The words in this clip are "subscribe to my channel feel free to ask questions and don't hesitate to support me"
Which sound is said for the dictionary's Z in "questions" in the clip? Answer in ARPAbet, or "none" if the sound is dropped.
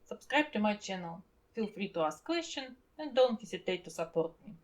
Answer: none